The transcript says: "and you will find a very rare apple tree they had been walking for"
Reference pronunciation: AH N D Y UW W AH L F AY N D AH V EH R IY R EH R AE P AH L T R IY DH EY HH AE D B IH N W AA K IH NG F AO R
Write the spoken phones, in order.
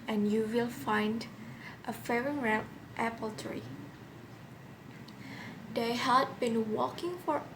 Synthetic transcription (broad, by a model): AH N Y UW W AH L F AY N D AH F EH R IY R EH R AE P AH L T R IY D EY HH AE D B IH N W AA K IH NG F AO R